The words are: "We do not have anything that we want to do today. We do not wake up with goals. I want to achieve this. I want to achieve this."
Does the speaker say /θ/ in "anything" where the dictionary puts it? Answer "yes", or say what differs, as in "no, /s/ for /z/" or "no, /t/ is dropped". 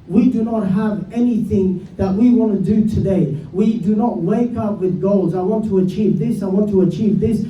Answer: yes